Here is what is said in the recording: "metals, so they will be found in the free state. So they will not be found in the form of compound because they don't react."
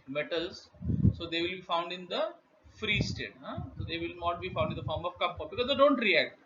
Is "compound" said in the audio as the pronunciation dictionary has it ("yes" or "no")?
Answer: no